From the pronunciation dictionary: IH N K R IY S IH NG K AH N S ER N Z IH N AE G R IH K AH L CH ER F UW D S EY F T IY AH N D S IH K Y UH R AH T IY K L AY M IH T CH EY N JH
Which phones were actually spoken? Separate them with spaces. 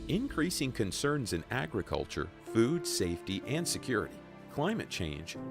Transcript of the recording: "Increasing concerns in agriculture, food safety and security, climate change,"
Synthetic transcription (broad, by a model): IH N K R IY S IH NG K AH N S ER N Z IH N AE G R IH K AH L CH ER F UW D S EY F T IY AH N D S IH K Y UH R AH T IY K L AY M IH T CH EY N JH